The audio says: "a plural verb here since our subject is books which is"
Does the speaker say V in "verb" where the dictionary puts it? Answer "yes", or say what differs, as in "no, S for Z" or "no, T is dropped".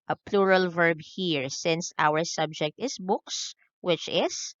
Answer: yes